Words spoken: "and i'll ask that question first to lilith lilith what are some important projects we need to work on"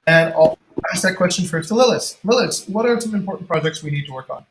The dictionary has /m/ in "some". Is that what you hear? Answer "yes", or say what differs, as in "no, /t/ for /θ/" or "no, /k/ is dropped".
no, /m/ is dropped